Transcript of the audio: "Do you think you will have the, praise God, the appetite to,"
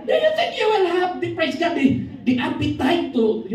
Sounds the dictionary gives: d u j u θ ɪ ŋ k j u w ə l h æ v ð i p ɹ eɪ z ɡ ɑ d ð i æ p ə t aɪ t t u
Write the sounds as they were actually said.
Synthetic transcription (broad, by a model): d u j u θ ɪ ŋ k j u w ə n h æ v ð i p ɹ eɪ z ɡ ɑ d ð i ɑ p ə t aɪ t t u